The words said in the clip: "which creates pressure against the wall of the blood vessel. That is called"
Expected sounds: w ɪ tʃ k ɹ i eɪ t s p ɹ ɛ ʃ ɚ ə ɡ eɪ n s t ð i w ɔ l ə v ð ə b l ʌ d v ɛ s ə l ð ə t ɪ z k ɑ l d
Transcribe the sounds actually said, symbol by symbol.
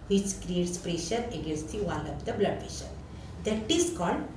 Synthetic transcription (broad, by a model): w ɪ tʃ k ɹ i eɪ t s p ɹ ɛ ʃ ɚ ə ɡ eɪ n s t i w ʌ n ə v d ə b l ʌ d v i ʃ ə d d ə t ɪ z k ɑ l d